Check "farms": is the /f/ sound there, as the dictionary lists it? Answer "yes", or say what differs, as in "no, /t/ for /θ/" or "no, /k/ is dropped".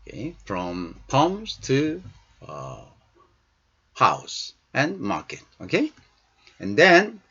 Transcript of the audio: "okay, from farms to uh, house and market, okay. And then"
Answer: no, /p/ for /f/